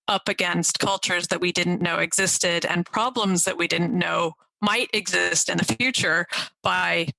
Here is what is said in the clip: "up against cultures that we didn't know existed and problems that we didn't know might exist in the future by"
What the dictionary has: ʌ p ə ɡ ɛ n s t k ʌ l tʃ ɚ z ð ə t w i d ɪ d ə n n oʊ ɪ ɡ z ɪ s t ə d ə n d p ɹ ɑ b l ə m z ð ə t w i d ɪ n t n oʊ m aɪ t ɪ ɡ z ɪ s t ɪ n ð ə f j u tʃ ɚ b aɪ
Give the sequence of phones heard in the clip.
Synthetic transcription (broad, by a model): ʌ p ə ɡ ɛ n s t k ʌ l tʃ ɚ z ð ə t w i d ɪ d n n oʊ ɪ ɡ z ɪ s t ə d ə n p ɹ ɑ b l ə m z ð ə t w i d ɪ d n oʊ m aɪ t ɪ ɡ z ɪ s t ɪ n ð ə f j u tʃ ɚ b aɪ